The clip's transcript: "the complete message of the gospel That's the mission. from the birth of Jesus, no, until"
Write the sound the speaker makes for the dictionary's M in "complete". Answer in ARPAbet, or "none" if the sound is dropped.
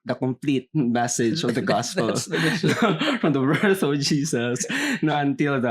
M